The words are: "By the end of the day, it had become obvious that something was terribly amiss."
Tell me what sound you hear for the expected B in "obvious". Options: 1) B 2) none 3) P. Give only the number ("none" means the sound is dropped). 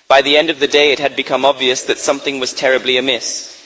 1